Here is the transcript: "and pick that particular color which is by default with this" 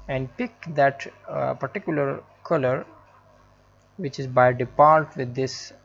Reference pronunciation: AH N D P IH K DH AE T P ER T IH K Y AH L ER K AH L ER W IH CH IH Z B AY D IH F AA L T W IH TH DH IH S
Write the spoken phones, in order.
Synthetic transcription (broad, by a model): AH N D P IH K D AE T P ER T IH K Y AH L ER K AH L ER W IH CH IH Z B AY D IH P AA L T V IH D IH S